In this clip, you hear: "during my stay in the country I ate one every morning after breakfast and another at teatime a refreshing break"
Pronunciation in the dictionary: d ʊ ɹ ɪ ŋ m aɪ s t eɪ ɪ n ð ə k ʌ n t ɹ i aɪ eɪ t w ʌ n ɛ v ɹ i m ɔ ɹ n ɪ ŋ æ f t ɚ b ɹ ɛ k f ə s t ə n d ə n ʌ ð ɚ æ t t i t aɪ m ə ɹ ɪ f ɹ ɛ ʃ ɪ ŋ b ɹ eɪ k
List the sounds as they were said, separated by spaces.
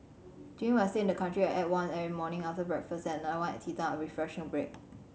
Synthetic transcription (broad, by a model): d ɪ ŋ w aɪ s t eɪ ɪ n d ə k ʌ n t ɹ i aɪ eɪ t w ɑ n ɛ ɹ i m ɔ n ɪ ŋ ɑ f t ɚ b ɹ ɛ k f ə s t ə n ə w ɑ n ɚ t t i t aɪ ə ɹ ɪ f ɹ ɛ ʃ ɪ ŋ b ɹ eɪ k